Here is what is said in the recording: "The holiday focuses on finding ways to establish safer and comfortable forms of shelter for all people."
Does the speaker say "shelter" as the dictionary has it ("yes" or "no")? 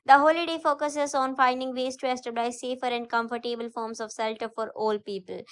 no